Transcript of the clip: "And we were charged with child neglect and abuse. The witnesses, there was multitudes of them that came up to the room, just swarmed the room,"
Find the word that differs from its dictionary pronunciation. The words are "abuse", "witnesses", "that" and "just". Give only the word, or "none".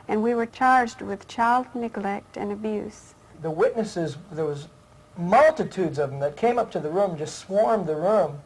none